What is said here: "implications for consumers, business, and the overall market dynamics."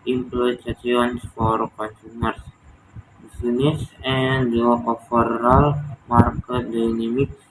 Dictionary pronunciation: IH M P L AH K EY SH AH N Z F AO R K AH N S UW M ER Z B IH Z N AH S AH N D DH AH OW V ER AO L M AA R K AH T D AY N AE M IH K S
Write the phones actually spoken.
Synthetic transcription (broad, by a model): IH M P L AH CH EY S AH N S F AO R K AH N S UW M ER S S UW N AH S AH N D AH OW F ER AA L M AA R K AH T D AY N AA M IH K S